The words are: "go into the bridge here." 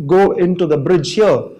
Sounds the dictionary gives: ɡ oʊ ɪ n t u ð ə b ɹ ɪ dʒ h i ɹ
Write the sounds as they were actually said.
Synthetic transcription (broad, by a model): ɡ oʊ ɪ n t u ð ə b ɹ ɪ dʒ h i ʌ